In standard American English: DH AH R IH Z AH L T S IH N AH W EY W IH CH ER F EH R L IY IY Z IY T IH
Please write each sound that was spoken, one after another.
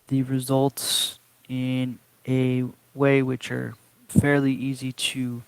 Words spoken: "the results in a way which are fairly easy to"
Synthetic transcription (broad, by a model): DH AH R IH Z AH L T S IH N AH W EY W IH CH ER F EH R L IY IY Z IY T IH